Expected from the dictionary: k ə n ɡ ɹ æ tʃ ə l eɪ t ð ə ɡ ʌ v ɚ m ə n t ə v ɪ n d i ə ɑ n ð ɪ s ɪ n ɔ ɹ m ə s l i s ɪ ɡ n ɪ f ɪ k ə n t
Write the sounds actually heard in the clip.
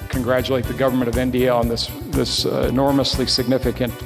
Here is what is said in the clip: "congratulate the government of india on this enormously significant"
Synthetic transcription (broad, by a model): k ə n ɡ ɹ æ tʃ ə l eɪ t ð ə ɡ ʌ v ɚ m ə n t ə v ɪ n d i ə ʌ n ð ɪ s ɪ n ɔ ɹ m ə s l i s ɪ ɡ n ɪ f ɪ k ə n t